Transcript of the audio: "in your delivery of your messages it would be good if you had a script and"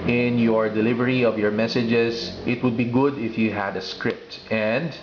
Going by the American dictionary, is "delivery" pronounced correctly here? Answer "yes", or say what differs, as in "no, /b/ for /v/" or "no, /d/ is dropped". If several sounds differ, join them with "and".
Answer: yes